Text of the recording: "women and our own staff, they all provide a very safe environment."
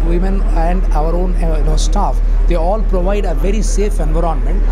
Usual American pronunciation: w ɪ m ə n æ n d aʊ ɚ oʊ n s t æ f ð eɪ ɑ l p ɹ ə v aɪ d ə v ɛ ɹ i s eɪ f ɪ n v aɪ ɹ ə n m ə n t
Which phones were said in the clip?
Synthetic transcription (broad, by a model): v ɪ m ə n æ n d aʊ ɚ oʊ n s t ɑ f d eɪ ɑ l p ɹ ə v aɪ d ə v ɛ ɹ i s eɪ f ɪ n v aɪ ɹ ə n m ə n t